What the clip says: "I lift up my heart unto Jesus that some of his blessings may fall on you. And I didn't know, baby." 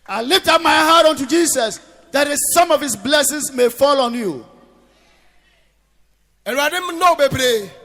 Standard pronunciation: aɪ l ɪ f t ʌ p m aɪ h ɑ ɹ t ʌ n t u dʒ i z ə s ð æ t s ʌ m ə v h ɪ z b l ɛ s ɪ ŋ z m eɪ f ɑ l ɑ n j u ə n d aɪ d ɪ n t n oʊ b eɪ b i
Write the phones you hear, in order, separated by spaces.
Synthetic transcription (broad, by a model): aɪ l ɪ f t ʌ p m aɪ h ɑ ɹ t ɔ n t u dʒ i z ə s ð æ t s ʌ m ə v h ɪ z b l ɛ s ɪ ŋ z m eɪ f ɑ l ɑ n j u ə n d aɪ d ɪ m n oʊ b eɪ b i